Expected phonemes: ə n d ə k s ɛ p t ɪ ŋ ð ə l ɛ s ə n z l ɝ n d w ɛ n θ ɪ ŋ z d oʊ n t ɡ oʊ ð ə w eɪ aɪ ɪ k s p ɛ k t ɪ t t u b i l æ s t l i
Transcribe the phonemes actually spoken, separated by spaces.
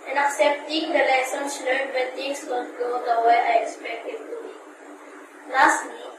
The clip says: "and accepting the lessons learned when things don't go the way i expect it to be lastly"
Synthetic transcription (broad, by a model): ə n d ə k s ɛ p t ɪ ŋ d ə l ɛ s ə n s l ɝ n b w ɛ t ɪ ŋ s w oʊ l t ɡ oʊ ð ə w eɪ aɪ ɪ k s p ɛ k t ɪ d t u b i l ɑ s t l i